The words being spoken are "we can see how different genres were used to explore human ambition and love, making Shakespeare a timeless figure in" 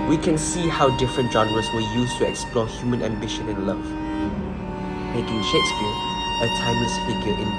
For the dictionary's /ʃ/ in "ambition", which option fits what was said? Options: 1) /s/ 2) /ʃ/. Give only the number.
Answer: 2